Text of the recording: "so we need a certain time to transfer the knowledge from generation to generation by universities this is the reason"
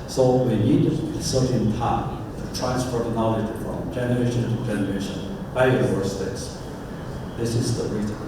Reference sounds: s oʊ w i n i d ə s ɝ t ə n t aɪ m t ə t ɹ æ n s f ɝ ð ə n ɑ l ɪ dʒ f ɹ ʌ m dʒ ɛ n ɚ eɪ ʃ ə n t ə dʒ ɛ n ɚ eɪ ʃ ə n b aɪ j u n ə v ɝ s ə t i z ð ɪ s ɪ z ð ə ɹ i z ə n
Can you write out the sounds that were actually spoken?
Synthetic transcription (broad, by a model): s oʊ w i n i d ə s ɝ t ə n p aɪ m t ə t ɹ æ n s p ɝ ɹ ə n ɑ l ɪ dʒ f ɹ ʌ m dʒ ɛ n ɚ eɪ ʃ ə n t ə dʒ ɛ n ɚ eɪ ʃ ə n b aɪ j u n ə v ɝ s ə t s ð ɪ s ɪ z ð ə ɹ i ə